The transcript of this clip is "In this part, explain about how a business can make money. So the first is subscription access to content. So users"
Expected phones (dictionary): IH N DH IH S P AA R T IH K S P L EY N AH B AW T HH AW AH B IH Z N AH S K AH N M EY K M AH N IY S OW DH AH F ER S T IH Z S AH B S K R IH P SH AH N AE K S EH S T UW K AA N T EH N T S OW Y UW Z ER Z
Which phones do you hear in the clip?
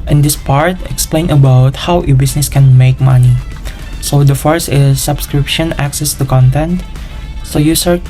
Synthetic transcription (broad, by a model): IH N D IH S P AA R T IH K S P L EY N AH B AW T HH AW AH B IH S N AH S K AH N M EY K M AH N IY S OW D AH F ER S IH S AH B S K R IH P SH AH N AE K S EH S T UW K AA N T EH N T S OW Y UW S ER